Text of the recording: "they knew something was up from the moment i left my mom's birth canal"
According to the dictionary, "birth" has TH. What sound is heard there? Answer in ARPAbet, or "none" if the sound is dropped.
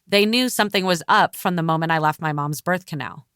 TH